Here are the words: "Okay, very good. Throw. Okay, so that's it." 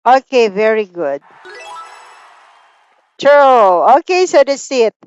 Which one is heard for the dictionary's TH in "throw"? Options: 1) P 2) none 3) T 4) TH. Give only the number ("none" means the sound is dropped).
3